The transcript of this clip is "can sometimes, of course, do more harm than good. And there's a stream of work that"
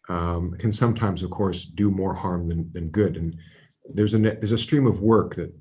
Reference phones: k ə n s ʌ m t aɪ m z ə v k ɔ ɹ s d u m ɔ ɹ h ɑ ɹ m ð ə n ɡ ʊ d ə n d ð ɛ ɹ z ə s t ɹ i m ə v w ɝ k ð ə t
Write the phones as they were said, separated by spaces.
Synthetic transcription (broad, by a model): k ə n s ʌ m t aɪ m z ə v k ɔ ɹ s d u m ɔ ɹ h ɑ ɹ m ð ə n ɡ ʊ d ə n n ð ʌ ɹ z ə s t ɹ i m ə v w ɝ k ð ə t